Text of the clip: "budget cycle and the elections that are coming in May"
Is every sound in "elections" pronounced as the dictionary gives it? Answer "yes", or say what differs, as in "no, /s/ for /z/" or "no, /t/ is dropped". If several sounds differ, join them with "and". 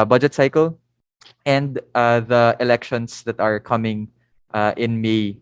no, /s/ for /z/